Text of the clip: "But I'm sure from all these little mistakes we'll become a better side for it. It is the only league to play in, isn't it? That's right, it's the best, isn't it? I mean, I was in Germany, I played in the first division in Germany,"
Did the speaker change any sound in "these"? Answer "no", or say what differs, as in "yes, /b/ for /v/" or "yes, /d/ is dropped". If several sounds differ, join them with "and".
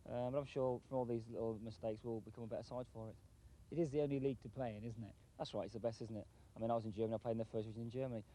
no